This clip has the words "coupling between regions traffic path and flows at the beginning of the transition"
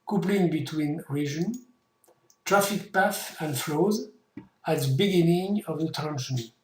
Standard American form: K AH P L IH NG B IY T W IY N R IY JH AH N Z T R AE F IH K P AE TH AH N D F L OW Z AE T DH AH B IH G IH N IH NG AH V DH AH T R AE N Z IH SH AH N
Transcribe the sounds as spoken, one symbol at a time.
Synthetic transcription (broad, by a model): K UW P L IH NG B IY T W IY N R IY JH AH N T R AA F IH K P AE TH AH N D F L OW Z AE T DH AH B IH G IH N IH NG AH V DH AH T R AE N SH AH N